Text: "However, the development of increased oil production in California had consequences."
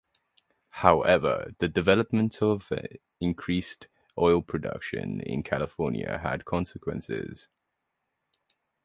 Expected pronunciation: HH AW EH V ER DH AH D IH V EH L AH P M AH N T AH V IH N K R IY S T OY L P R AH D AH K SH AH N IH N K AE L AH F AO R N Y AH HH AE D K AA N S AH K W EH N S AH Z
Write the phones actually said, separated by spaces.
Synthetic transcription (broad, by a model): HH AW EH V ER DH AH D IH V EH L AH P M AH N T AH V IH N K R IY S T OY L P R AH D AH K SH AH N IH N K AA L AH F AO N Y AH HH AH D K AA N S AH K W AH N S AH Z